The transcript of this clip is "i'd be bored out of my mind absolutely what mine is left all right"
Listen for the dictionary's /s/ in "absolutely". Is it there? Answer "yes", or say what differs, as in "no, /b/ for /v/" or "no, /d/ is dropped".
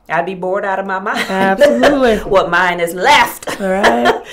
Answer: no, /s/ is dropped